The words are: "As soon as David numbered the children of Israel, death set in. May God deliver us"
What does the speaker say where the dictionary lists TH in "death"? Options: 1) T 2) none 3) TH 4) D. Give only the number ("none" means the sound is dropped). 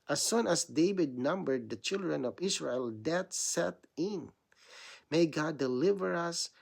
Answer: 1